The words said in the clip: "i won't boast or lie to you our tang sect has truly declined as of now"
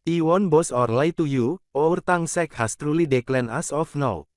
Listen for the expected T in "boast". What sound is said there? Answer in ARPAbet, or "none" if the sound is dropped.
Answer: none